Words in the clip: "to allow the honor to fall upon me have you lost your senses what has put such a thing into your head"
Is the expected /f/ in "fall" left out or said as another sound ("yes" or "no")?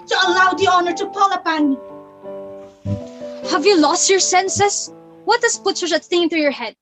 yes